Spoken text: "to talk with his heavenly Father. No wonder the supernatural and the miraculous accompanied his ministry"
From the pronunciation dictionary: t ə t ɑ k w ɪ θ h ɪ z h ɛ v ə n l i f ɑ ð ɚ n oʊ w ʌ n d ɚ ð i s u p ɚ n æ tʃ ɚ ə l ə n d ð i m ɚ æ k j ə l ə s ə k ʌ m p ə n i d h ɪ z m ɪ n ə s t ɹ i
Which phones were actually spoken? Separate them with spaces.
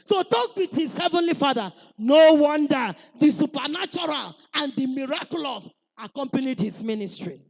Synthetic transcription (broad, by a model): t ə t ɑ k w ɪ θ h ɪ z h ɛ v ə n l i f ɑ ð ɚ n oʊ w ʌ n d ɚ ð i s u p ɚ n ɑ tʃ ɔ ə l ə n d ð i m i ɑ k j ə l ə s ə k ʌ m p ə n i d h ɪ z m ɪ n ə s t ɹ i